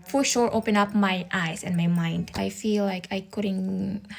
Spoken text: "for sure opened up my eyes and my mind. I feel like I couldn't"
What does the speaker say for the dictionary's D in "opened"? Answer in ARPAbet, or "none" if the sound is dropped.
none